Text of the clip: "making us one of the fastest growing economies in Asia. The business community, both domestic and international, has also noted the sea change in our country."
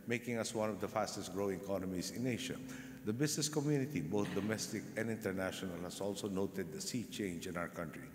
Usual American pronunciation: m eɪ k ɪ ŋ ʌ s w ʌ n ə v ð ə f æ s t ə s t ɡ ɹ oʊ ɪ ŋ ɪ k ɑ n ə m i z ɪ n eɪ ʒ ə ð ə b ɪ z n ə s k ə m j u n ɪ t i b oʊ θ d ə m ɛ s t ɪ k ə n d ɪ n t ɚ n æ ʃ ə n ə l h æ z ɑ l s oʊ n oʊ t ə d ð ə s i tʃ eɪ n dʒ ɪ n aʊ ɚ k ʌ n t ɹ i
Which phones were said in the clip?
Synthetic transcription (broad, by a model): m eɪ k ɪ ŋ ʌ s w ʌ n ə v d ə f æ s t ə s t ɡ ɹ oʊ ɪ ŋ k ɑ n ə m i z ɪ n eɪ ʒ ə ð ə b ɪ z n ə s k ə m j u n ɪ t i b oʊ t d ə m ɛ s t ɪ k ə n d ɪ n t ɚ n æ ʃ ə n ə l h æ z ɑ l s oʊ n oʊ t ə d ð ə s i tʃ eɪ n dʒ ɪ n aʊ ɚ k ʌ n t ɹ i